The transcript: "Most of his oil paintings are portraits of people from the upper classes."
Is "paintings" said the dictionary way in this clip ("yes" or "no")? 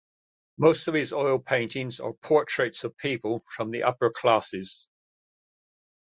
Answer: yes